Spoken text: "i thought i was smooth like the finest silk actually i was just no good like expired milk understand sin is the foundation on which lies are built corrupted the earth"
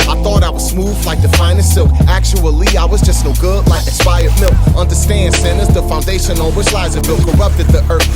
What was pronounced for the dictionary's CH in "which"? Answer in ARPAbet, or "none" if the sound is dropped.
S